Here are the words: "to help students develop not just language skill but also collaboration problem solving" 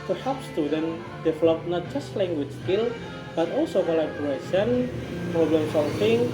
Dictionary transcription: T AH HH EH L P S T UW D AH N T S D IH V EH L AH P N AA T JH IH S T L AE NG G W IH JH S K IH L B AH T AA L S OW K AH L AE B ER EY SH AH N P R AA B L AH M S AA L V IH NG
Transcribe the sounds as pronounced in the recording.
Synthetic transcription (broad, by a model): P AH HH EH P S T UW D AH N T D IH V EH L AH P N AA T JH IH S T L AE NG G W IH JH S K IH L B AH T AA L S OW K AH L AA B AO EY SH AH N P R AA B L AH M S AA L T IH NG